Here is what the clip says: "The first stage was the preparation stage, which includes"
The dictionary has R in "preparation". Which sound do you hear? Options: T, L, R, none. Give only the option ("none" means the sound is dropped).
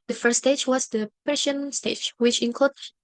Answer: none